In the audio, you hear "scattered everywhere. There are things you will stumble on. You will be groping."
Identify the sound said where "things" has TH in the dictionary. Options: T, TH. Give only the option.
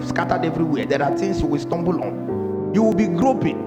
T